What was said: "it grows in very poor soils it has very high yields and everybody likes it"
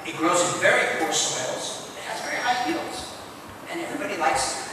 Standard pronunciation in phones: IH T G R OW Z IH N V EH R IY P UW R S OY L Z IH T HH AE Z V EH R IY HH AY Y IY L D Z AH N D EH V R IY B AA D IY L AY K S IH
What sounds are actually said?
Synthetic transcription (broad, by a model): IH T G R OW Z IH N V EH R IY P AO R S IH L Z IH T HH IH Z V EH R IY HH AY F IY L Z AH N EH V R IY B AA D IY L AY K S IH